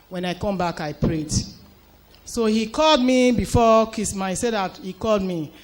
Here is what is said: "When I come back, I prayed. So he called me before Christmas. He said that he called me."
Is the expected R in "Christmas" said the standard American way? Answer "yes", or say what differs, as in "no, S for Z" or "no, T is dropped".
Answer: no, R is dropped